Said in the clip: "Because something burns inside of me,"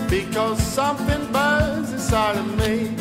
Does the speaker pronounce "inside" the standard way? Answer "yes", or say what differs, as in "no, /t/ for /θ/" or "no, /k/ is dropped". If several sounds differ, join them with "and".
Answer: no, /n/ is dropped